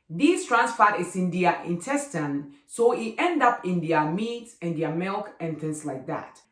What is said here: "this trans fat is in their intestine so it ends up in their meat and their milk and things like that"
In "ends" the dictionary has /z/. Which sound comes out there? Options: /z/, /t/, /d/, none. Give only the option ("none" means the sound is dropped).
none